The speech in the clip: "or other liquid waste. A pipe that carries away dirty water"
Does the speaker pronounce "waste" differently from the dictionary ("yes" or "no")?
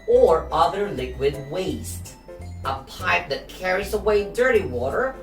no